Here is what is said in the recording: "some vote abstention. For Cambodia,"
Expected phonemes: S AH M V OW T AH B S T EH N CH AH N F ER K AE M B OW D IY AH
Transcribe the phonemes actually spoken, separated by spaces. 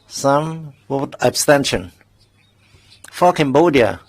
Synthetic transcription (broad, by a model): S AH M W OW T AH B S T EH N SH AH N F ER K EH M B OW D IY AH